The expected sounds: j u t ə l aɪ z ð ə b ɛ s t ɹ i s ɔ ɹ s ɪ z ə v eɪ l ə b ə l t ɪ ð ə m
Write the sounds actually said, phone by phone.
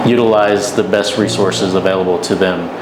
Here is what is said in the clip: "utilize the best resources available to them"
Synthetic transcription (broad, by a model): j u t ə l aɪ z ð ə b ɛ s t ɹ i s ɔ ɹ s ɪ z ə v eɪ l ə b l t ɪ ð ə m